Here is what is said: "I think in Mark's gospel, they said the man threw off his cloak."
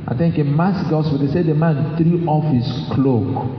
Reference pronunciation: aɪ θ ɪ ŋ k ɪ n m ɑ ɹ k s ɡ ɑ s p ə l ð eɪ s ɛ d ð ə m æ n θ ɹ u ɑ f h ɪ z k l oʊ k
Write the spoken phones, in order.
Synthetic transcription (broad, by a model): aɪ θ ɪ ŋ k ɪ n m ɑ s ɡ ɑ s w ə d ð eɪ s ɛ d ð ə m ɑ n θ ɹ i ɑ f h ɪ s k l oʊ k